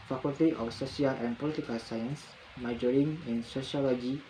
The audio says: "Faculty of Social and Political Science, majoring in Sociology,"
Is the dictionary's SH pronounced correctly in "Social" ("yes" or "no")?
no